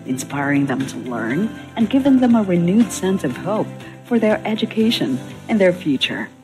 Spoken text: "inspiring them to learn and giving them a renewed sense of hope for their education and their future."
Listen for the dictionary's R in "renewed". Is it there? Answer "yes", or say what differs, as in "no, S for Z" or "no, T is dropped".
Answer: yes